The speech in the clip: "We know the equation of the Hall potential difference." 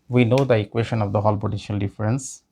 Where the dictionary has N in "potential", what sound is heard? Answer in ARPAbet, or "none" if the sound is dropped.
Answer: none